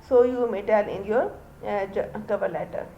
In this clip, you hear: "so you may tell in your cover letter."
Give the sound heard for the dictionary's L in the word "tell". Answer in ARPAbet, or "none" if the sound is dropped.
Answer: N